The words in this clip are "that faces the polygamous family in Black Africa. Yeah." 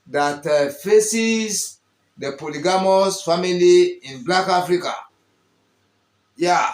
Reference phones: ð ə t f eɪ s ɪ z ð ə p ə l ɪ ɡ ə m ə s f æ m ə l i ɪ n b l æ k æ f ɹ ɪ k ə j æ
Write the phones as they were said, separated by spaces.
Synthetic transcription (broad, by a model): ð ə t f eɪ s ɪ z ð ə p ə l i ɡ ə m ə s f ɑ m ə l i ɪ n b l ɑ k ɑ f ɹ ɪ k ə j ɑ